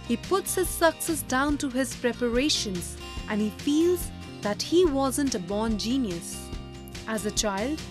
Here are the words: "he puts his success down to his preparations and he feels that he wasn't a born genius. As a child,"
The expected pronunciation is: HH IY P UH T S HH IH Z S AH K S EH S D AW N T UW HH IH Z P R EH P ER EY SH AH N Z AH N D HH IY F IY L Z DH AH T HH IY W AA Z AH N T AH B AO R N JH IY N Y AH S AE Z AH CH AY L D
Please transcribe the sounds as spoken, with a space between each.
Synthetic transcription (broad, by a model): HH IY P UH T S HH IH Z S AH K S EH S D AW N T UW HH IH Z P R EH P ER EY SH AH N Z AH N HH IY F IY L Z DH AH T HH IY W AA Z AH N T AH B AO R N JH IY N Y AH S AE Z AH CH AY L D